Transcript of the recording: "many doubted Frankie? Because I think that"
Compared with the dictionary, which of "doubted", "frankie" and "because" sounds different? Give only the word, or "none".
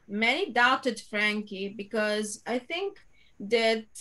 none